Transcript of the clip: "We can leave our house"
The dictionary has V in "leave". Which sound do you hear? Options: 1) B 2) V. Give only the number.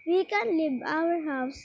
1